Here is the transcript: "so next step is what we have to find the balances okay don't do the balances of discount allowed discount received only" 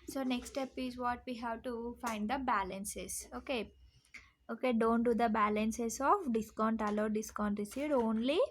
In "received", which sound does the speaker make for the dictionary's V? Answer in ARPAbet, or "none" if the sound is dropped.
none